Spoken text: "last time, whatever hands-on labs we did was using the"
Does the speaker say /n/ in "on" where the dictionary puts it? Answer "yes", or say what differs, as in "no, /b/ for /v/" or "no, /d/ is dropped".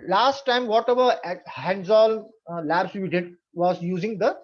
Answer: no, /l/ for /n/